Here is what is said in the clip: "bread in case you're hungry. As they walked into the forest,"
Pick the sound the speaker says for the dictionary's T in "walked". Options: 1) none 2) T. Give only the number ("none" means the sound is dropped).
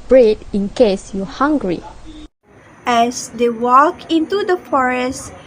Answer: 1